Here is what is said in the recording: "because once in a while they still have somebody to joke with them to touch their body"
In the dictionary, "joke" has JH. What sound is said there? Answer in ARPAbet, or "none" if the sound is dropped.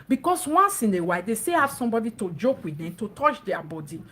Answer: JH